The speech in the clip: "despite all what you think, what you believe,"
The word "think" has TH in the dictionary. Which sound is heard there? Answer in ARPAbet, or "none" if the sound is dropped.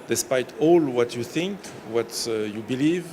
TH